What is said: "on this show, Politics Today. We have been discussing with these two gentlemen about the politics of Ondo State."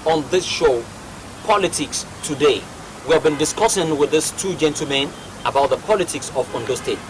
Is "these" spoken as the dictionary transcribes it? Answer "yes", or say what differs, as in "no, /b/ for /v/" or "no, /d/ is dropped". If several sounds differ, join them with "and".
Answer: no, /s/ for /z/